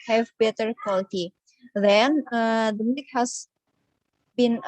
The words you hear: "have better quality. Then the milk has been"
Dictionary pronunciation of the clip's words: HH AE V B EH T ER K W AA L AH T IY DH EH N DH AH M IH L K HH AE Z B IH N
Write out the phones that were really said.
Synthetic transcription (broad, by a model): HH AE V B EH T ER K W AA L AH T IY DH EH N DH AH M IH K HH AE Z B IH N